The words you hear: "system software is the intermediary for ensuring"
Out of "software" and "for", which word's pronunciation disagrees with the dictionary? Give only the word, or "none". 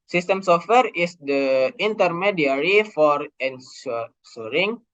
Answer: none